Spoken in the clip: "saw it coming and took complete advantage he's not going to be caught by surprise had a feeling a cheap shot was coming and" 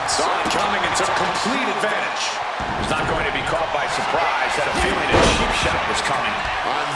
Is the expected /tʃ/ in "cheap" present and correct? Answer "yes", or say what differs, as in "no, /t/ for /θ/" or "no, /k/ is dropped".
no, /ʃ/ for /tʃ/